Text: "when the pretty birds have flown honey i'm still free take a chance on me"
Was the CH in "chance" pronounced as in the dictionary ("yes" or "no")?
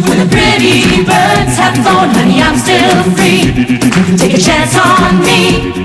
yes